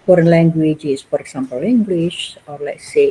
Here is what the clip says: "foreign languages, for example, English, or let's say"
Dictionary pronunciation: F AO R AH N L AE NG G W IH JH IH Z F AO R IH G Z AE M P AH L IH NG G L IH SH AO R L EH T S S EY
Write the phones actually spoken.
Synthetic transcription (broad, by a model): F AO R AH N L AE NG G W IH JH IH S F AO R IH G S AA M P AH L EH NG G W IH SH AO R L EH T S S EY